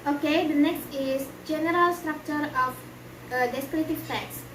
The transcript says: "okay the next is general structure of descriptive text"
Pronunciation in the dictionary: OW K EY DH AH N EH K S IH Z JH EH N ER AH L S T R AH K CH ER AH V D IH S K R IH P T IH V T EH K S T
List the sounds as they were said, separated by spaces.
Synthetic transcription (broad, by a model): OW K EY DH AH N EH K S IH S JH EH N ER AH L S T R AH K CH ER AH F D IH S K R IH T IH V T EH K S